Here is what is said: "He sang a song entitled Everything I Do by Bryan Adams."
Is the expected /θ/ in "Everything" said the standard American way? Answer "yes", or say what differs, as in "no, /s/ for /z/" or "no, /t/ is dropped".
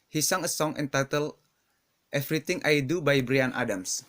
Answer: no, /t/ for /θ/